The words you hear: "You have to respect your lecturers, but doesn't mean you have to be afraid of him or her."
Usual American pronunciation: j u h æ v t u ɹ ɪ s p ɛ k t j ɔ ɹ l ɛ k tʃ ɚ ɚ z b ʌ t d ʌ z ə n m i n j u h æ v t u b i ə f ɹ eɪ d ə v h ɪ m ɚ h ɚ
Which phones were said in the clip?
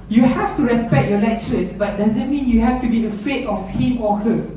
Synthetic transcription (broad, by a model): j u h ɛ f t u ɹ ɪ s p ɛ k t j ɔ l ɛ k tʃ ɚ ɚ s b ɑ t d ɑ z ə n m i n j u h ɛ f t u b i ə f eɪ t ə f h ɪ m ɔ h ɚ